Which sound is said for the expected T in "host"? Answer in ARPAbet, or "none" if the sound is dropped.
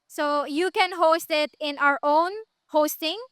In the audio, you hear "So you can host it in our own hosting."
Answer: T